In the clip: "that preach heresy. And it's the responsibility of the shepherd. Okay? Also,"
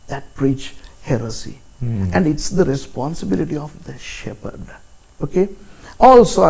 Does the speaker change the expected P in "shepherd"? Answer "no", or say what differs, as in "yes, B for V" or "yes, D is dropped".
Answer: no